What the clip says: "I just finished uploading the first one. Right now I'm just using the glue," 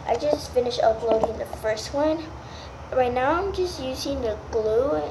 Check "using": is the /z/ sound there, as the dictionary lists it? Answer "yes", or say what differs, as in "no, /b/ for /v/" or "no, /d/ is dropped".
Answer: yes